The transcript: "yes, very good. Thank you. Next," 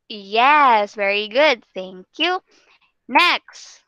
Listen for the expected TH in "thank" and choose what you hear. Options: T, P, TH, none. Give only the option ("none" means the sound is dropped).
TH